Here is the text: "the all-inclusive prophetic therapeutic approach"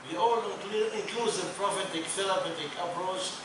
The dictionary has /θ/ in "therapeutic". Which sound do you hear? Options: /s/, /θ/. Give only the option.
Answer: /s/